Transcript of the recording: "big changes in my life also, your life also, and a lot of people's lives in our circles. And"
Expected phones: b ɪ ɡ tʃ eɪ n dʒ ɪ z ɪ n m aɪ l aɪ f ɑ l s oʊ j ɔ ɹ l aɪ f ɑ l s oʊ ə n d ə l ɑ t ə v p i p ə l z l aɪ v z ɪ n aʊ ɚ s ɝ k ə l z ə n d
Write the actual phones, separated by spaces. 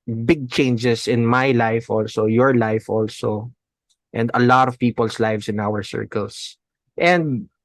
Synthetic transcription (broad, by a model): b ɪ ɡ tʃ eɪ n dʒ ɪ s ɪ n m aɪ l aɪ f ɑ l s oʊ j ɔ ɹ l aɪ f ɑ l s oʊ ə n d ə l ɑ t ə v p i p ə l s l aɪ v s ɪ n aʊ ɚ s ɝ k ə l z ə n d